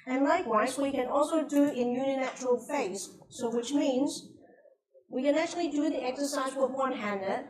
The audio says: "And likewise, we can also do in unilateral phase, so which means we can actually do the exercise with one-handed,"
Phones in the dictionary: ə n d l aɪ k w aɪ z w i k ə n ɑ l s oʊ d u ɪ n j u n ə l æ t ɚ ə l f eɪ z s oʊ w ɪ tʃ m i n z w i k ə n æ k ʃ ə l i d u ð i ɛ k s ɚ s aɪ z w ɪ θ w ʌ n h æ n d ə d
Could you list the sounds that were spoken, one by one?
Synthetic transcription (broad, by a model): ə n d l aɪ k w aɪ z w i k ə n ɑ l s oʊ d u ɪ n j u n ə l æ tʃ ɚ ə l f eɪ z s oʊ w ɪ tʃ m i n z w i k ə n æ k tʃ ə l i d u ð i ɛ k s ɚ s aɪ z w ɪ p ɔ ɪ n h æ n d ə